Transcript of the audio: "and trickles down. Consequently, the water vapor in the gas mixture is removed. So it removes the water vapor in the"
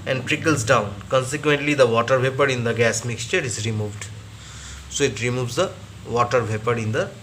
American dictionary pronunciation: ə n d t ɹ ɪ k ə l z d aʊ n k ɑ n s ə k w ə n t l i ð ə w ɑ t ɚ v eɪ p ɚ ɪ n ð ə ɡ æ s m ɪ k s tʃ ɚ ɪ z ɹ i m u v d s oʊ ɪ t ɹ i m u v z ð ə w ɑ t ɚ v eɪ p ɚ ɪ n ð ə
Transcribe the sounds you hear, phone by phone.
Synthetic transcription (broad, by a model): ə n d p ɹ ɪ k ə l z d aʊ n k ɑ n s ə k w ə n t l i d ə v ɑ t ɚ v eɪ p ɚ ɪ n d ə ɡ æ s m ɪ k s tʃ ɚ ɪ z ɹ i m u v d s oʊ ɪ t ɹ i m u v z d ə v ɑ t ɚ v eɪ p ɚ ɪ n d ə